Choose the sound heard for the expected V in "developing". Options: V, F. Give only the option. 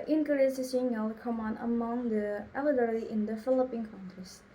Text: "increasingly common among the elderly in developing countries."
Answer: F